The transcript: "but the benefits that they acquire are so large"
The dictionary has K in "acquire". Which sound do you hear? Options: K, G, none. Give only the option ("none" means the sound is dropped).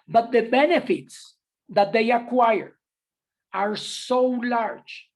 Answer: K